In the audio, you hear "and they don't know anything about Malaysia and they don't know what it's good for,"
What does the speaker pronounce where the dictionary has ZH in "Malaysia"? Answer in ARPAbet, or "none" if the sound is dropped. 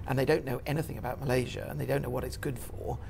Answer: ZH